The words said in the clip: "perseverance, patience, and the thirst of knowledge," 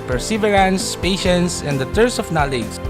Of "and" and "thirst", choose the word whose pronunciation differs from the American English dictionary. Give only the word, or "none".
thirst